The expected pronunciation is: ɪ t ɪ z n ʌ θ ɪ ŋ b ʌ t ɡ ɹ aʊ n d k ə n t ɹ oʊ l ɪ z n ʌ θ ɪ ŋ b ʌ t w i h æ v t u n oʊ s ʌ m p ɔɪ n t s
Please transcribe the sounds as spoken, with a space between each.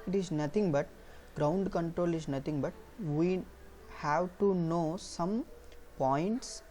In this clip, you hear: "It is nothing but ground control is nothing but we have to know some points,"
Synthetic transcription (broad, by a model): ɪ t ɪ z n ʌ t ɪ ŋ b ʌ t ɡ ɹ aʊ n d k ə n t ɹ oʊ l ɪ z n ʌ t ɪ ŋ b ʌ t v i h æ v t u n oʊ s ʌ m p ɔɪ n t s